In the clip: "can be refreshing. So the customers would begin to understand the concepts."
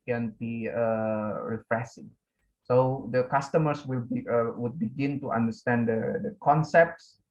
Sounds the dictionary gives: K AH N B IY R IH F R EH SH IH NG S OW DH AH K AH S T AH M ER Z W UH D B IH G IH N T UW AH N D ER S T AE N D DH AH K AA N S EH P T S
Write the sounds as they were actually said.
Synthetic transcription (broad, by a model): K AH N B IY R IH F R EH S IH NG S OW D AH K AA S T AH M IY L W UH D B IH G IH N T UW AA N D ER S T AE N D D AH K AA N S EH P T S